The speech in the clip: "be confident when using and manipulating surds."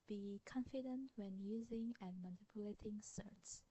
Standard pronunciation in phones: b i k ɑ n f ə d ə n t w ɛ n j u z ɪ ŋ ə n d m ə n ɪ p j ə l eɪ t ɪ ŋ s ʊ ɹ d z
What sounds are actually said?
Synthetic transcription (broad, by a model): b i k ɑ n f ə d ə n t w ɛ n j u z ɪ ŋ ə n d m ə n ɪ p j ə l eɪ t ɪ ŋ s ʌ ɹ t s